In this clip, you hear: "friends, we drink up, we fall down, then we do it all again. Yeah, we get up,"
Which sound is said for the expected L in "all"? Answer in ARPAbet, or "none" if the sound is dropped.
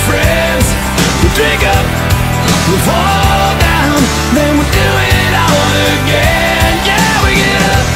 N